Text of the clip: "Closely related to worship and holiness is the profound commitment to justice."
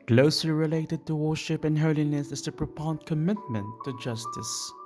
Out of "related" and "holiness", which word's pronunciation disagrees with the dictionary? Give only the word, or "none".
none